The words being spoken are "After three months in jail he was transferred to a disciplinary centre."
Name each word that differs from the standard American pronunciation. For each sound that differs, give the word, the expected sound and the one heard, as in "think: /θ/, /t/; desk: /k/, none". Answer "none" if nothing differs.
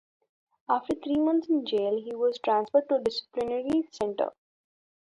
three: /θ/, /t/; months: /θ/, /t/